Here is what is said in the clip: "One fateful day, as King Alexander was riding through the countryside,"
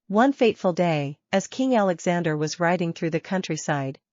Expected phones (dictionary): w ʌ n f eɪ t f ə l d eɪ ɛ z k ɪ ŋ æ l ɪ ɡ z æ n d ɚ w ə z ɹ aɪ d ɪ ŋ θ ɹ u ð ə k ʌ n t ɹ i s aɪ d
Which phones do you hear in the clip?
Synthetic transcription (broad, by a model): w ʌ n f eɪ t f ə l d eɪ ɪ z k ɪ ŋ æ l ɪ ɡ z æ n d ɚ w ə z ɹ aɪ d ɪ ŋ θ ɹ u ð ə k ʌ n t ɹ i s aɪ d